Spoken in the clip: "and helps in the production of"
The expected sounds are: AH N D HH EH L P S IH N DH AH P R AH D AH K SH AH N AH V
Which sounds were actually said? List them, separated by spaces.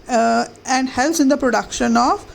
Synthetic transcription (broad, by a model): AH N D HH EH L S IH N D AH P R AH D AH K SH AH N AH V